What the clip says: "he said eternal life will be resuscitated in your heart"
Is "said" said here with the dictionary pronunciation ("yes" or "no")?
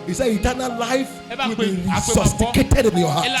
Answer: no